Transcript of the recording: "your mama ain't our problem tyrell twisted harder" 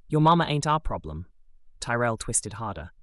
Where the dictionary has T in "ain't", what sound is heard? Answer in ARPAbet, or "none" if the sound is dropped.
T